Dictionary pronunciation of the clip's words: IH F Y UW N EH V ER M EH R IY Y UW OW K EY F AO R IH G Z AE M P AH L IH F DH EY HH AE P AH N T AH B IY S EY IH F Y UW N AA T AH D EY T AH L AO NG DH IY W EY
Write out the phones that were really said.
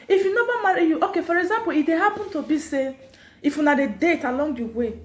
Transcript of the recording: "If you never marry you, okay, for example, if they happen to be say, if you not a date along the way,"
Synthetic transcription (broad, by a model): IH F Y UW N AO B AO M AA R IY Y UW OW K EY F AO R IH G Z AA M P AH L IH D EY HH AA P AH N T AH B IY S EY IH F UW N AA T AH D EY T AH L AO NG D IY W EY